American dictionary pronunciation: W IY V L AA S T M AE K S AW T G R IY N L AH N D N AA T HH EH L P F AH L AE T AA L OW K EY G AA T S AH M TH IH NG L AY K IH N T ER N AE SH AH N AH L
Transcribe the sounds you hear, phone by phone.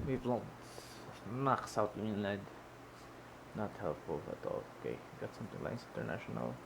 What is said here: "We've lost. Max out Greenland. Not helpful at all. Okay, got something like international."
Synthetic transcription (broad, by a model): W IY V L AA T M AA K S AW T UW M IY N AH D N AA T HH EH L P F AH L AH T AA L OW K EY G AA T S AH M TH IH NG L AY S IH N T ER N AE SH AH N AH L